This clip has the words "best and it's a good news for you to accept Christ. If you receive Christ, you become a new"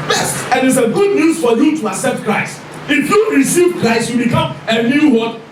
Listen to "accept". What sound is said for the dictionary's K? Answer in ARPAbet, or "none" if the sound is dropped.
none